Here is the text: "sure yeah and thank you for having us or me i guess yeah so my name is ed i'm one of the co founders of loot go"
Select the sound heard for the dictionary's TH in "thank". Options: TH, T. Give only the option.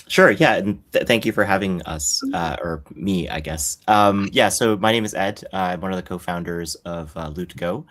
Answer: TH